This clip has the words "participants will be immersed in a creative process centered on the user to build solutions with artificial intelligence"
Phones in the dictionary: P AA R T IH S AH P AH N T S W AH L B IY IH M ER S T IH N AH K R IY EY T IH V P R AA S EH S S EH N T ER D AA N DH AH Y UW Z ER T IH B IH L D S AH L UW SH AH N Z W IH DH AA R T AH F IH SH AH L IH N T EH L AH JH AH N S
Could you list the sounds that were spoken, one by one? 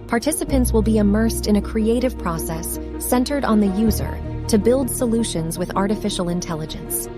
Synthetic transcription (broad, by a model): P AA R T IH S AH P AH N T S W AH L B IY IH M ER S T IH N AH K R IY EY T IH V P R AA S EH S S EH N T ER D N DH AH Y UW Z ER T IH B IH L D S AH L UW SH AH N Z W IH DH AA R T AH F IH SH L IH N T EH L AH JH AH N S